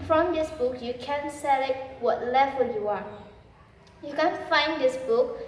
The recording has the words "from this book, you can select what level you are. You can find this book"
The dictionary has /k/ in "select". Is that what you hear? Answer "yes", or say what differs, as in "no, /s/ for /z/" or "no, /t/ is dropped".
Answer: no, /k/ is dropped